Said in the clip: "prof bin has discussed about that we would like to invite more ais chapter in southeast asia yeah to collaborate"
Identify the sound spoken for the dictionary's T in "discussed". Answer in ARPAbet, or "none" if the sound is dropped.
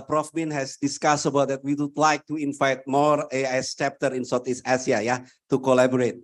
none